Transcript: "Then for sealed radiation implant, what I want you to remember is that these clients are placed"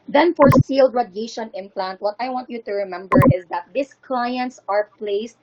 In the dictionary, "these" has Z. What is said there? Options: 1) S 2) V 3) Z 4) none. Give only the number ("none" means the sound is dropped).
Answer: 1